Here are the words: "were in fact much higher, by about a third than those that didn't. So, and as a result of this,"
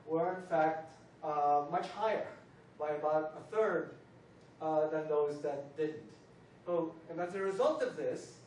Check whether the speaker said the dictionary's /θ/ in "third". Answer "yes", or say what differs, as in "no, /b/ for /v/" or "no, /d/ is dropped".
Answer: yes